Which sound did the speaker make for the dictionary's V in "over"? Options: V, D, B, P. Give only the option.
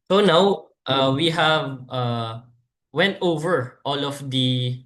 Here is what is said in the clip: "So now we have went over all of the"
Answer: V